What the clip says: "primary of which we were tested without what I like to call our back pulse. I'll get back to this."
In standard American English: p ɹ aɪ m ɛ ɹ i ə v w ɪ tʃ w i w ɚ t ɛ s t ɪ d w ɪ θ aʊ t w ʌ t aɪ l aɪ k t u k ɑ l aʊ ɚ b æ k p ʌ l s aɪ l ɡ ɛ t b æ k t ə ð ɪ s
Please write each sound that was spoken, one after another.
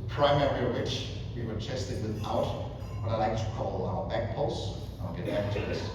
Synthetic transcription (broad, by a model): p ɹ aɪ m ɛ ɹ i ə w ɪ tʃ w i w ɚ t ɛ s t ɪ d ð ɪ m aʊ t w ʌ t aɪ l aɪ k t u k ɑ l aʊ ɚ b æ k p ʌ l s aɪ n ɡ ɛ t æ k t ə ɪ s